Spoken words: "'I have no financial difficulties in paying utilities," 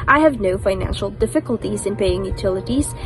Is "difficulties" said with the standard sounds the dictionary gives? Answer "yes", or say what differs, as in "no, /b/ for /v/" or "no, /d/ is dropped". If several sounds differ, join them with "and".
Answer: yes